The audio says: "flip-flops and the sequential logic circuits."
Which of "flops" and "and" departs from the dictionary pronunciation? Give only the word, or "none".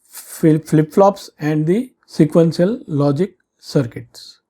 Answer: none